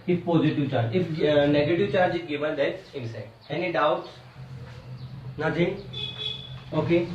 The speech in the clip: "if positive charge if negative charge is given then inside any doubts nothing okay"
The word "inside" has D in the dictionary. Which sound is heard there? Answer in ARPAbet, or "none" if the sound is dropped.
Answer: none